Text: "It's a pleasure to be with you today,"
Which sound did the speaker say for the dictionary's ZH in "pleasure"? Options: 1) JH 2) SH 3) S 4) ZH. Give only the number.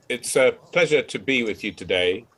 4